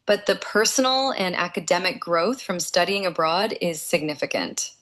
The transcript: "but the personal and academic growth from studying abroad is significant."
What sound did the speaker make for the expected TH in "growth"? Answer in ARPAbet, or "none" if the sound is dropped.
TH